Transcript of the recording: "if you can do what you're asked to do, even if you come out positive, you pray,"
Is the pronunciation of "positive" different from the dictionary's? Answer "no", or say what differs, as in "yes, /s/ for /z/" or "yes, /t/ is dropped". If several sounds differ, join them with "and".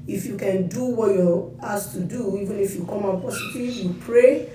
yes, /s/ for /z/